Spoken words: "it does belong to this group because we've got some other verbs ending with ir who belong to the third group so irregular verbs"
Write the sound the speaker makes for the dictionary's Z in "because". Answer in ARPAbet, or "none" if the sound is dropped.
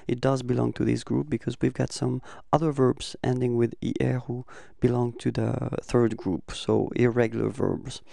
Z